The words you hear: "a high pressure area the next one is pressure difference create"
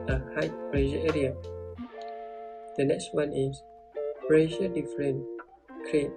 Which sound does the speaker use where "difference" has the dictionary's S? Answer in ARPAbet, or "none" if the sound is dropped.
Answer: none